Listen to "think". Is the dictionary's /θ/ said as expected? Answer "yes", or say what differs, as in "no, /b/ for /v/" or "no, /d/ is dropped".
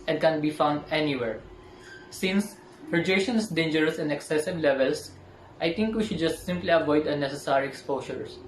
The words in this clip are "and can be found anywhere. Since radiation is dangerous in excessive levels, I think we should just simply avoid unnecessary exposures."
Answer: no, /t/ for /θ/